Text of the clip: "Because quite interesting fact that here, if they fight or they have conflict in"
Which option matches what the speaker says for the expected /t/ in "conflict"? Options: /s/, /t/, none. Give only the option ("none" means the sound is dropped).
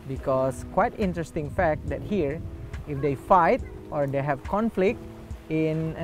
/t/